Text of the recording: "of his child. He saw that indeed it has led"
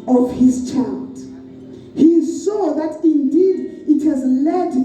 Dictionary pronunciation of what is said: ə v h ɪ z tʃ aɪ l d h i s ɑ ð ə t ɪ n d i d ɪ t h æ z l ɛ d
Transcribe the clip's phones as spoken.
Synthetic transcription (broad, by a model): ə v h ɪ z tʃ aɪ l d h i s ɑ ð ə t ɪ n d i d ɪ t h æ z l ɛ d